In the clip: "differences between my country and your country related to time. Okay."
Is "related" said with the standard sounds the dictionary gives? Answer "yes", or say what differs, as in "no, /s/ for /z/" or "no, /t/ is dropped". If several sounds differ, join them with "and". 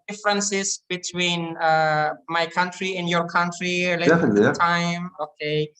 no, /l/ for /ɹ/ and /l/ is dropped